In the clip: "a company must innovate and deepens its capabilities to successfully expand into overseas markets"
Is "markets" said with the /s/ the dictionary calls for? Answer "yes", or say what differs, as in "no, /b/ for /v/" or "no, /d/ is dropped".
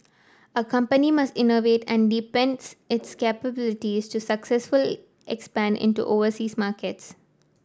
yes